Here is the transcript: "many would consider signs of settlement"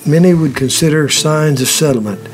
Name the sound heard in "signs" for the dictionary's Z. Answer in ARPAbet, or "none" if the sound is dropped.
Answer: Z